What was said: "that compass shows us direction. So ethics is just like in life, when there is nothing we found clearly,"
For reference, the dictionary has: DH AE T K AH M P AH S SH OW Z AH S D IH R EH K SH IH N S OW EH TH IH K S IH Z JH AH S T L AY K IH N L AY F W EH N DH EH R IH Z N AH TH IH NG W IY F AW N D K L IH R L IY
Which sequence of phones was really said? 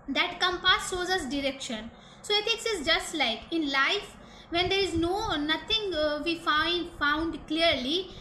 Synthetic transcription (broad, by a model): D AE T K AH M P AH S SH OW Z AH S D IH R EH K SH IH N S OW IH T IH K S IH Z JH AH S T L AY K IH N L AY F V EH N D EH R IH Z N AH T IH NG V IY F AW N D K L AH R L IY